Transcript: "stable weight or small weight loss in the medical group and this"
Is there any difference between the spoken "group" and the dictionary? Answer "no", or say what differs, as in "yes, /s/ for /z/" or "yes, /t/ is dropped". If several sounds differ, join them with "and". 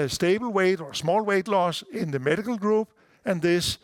yes, /b/ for /p/